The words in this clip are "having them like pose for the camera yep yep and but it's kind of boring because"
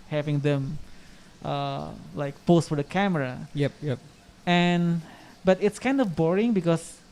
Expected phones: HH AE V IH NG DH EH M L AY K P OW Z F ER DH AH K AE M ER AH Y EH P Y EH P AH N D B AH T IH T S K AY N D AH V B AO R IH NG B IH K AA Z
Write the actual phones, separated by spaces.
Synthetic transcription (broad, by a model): HH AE V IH NG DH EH M L AY K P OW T F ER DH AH K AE M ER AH Y EH P Y EH P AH N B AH T IH T S K AY N D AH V B AO R IH NG B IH K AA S